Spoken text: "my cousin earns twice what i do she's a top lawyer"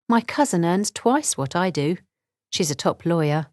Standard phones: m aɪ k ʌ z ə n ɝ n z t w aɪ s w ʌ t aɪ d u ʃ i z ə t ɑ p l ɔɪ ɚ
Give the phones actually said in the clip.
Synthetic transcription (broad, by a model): m aɪ k ʌ z ə n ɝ n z t w aɪ s w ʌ t aɪ d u ʃ i z ə t ɑ p l ɔɪ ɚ